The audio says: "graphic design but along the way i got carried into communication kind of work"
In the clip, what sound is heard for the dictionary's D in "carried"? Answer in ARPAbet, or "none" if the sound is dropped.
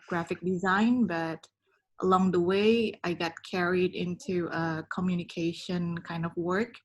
D